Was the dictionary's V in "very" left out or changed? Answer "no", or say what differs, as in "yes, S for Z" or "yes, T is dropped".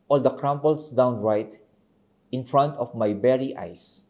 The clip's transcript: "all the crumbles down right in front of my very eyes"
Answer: yes, B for V